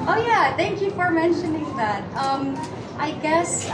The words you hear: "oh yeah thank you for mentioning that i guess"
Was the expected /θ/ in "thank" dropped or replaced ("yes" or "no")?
no